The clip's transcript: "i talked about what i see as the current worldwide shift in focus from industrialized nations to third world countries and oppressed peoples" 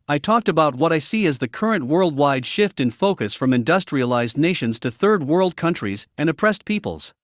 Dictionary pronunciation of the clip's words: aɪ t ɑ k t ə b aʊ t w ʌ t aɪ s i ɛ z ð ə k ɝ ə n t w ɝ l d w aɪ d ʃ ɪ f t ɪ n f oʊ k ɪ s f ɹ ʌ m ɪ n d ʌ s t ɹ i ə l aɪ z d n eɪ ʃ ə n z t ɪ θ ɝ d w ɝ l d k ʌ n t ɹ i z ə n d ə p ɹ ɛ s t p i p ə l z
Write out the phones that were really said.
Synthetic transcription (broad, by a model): aɪ t ɑ k t ə b aʊ t w ʌ t aɪ s i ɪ z ð ə k ɝ ə n t w ɝ l d w aɪ d ʃ ɪ f t ɪ n f oʊ k ɪ s f ɹ ʌ m ɪ n d ʌ s t ɹ i ə l aɪ z d n eɪ ʃ ə n z t ɪ θ ɝ d w ɝ l d k ʌ n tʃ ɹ i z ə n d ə p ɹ ɛ s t p i p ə l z